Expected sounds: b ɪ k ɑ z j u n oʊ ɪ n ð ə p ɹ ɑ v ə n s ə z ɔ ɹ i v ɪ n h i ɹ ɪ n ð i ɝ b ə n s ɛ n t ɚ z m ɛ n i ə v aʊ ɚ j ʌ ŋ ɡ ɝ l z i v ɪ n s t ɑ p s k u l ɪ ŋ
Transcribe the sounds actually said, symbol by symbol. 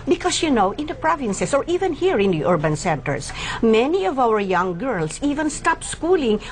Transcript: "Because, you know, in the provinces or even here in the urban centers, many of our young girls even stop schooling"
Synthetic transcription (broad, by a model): b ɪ k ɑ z j u n oʊ ɪ n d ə p ɹ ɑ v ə n s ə s ɔ ɹ i v ɪ n h i ɹ ɪ n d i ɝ b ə n s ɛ n t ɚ s m ɛ n i ə v aʊ ɚ j ʌ ŋ ɡ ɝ l s i v ɪ n s t ɑ p s k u l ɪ ŋ